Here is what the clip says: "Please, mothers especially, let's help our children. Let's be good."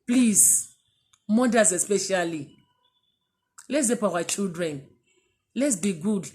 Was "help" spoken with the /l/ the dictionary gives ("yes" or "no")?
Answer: no